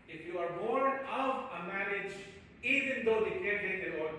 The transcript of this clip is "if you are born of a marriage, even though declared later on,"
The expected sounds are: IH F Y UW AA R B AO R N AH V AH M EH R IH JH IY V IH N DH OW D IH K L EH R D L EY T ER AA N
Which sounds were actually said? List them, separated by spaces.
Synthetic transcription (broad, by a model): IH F Y UW AA R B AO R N AH V AH M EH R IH JH IY V IH N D OW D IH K EH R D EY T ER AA